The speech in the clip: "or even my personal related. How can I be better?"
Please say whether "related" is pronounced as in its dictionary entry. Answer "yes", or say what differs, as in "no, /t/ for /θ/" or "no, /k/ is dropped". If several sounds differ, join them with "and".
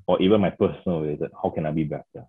no, /w/ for /ɹ/